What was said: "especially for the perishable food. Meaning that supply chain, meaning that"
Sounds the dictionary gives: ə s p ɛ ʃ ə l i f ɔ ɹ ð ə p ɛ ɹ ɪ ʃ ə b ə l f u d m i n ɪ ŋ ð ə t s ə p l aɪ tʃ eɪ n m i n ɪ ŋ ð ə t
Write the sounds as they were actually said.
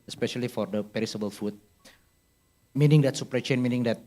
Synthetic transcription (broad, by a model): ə s p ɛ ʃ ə l i f ɔ ɹ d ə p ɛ ɹ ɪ s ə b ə l f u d m i n ɪ ŋ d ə t s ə p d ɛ tʃ eɪ n m i n ɪ ŋ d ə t